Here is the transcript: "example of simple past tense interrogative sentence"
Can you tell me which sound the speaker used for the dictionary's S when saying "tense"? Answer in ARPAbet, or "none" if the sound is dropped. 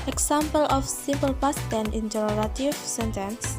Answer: none